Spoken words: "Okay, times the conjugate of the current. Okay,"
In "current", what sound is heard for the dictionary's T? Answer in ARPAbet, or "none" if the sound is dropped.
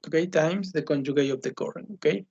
none